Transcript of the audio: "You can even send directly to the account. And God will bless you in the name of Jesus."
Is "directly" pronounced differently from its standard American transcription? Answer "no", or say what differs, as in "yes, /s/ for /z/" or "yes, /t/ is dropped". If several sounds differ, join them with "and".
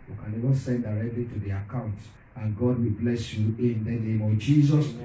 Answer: no